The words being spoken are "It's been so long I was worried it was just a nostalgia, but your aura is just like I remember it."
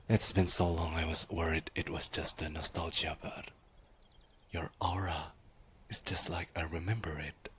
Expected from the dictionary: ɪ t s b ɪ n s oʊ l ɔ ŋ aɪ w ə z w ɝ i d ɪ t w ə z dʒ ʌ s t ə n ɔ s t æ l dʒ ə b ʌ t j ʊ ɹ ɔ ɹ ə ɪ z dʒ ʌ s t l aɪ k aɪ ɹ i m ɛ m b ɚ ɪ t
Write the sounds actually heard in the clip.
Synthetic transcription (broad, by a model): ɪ t s b ɪ n s oʊ l ɔ ŋ aɪ w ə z w ɝ i d ɪ t w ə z dʒ ʌ s t ə n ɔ s t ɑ l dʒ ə b ʌ t j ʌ ɹ ɔ ɹ ə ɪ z dʒ ʌ s t l aɪ k aɪ ɹ i m ɛ m b ɚ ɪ t